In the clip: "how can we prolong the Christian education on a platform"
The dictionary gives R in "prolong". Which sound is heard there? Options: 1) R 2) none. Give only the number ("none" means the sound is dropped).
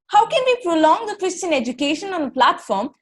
1